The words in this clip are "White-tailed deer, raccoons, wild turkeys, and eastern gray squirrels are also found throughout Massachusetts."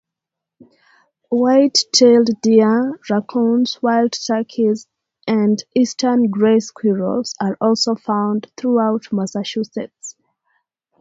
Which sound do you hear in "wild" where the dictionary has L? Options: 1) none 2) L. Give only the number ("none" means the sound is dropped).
2